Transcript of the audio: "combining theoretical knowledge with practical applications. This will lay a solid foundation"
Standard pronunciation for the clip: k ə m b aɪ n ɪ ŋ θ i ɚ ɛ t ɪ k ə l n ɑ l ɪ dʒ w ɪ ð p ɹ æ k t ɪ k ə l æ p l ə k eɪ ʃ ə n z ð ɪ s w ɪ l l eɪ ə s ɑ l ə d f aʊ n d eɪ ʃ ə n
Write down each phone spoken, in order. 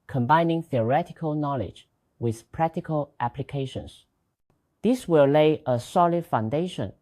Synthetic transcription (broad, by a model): k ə m b aɪ n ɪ ŋ θ i ɚ ɛ t ɪ k ə l n ɑ l ɪ dʒ w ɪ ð p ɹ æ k t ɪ k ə l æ p l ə k eɪ ʃ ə n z ð ɪ s w ɪ l l eɪ ə s ɑ l ə d f aʊ n d eɪ ʃ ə n